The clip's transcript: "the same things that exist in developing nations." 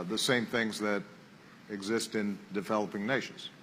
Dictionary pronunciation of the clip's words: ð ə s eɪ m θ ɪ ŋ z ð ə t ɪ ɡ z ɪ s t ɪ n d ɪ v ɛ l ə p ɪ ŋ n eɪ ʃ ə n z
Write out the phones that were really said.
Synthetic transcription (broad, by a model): ð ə s eɪ m θ ɪ ŋ z ð ə t ɪ ɡ z ɪ s t ɪ n d ɪ v ɛ l ə p ɪ ŋ n eɪ ʃ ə n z